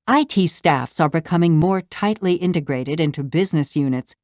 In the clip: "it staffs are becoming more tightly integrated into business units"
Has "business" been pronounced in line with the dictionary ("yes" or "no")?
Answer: yes